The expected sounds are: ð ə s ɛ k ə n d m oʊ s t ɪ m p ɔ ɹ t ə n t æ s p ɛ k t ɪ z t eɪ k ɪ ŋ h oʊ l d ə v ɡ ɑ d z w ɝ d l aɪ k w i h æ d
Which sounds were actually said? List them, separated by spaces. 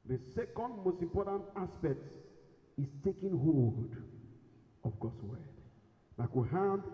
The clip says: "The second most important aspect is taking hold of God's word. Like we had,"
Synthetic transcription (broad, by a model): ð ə s ɛ k ə n d m oʊ s t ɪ m p ɔ t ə n t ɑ s p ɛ k t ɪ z t eɪ k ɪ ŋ h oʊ d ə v ɡ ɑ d s w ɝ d n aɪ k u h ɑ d